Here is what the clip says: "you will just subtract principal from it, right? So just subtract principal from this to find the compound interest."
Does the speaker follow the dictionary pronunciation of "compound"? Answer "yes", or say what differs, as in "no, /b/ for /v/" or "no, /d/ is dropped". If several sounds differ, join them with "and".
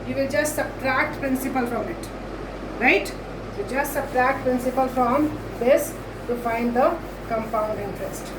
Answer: yes